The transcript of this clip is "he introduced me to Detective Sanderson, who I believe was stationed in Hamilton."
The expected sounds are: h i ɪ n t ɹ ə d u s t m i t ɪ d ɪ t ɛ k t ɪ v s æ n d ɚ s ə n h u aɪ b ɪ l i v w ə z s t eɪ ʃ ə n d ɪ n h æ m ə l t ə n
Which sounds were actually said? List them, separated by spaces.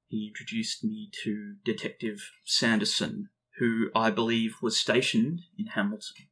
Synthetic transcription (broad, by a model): h i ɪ n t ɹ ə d u s t m i t ɪ d ɪ t ɛ k t ɪ v s æ n d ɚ s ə n h u aɪ b ɪ l i v w ə z s t eɪ ʃ ə n d ɪ n h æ m l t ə n